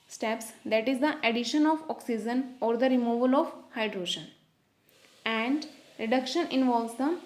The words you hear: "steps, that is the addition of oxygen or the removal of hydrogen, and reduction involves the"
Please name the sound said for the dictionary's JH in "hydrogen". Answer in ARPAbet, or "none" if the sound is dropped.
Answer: SH